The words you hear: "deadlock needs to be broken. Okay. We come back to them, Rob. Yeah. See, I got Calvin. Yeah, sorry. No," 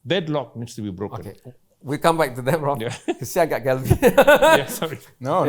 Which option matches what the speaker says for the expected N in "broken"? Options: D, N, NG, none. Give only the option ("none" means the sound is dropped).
none